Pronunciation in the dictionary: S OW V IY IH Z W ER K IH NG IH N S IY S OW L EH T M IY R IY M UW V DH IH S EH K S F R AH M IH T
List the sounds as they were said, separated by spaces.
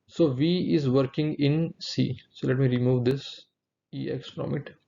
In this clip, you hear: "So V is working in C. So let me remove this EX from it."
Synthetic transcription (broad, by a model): S OW V IY IH Z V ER K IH NG IH N S IY S OW L EH T M IY R IY M UW V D IH S EH K S F R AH M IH T